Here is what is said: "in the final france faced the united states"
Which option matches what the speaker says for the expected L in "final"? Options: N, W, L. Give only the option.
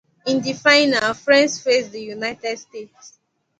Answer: W